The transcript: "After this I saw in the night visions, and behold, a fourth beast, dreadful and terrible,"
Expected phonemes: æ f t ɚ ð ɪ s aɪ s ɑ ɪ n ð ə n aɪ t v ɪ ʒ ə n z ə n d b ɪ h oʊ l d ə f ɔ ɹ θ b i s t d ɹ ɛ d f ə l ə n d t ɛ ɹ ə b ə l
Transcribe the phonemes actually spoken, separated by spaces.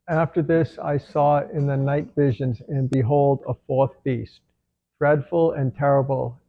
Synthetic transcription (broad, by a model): æ f t ɚ ð ɪ s aɪ s ɑ ɪ n ð ə n aɪ t v ɪ ʒ ə n z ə n b ɪ h oʊ l d ə f ɔ ɹ θ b i s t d ɹ ɛ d f l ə n t ɛ ɹ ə b l